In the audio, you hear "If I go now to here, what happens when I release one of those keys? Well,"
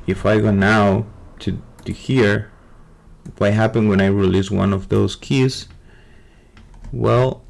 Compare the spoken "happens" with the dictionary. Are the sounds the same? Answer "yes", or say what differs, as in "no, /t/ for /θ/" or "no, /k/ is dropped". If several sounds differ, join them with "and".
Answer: no, /z/ is dropped